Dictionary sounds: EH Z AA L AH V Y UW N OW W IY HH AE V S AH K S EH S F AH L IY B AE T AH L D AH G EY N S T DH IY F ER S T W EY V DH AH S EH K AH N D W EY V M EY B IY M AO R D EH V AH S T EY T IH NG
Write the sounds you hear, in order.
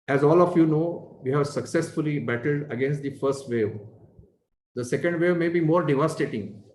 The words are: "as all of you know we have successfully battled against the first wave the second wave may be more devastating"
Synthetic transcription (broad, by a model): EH Z AA L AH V Y UW N OW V IY HH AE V S AH K S EH S F AH L IY B AE T AH L D AH G EY N S T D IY F ER S T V EY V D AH S EH K AH N D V EY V M EY B IY M AO R D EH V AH S T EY T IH NG